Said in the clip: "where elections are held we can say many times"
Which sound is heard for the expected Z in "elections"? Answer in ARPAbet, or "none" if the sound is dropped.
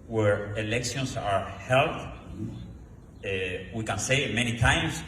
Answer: S